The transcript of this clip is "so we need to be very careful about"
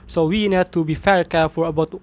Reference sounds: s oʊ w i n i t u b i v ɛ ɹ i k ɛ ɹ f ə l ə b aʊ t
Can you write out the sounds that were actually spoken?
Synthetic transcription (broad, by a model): s oʊ w i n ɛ t u b i f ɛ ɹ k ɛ f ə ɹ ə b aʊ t